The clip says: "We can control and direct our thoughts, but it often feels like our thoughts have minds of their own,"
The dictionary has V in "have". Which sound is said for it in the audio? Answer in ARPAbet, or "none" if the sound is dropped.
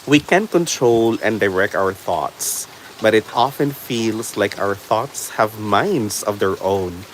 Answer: V